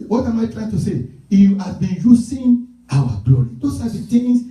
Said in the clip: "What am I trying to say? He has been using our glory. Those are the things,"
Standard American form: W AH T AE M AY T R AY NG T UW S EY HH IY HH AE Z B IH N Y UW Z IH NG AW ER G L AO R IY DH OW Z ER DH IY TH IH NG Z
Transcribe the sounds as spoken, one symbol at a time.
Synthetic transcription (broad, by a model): W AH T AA M AY T R AY NG T UW S EY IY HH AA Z B IH N Y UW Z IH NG AW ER G L AO R IY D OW S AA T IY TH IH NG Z